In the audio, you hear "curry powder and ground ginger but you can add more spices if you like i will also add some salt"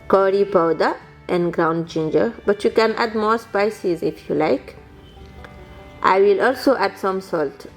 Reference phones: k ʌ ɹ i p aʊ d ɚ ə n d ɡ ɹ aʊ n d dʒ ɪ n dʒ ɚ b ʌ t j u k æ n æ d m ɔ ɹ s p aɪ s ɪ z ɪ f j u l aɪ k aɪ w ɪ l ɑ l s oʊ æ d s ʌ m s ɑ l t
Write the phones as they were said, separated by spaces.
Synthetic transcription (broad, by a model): k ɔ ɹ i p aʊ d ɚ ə n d ɡ ɹ aʊ n d dʒ ɪ n dʒ ɚ b ʌ t j u k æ n æ d m ɔ ɹ s p aɪ s ɪ z ɪ f j u l aɪ k aɪ w ɪ l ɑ l s oʊ æ d s ʌ m s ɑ l t